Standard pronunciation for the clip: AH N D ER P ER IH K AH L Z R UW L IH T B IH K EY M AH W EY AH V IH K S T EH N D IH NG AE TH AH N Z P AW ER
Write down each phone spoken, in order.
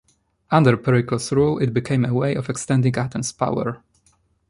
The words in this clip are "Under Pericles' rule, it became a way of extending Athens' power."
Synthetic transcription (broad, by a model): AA N D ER P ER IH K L S R UW L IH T B IH K EY M AH W EY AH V IH K S T EH N D IH NG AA T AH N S P AW ER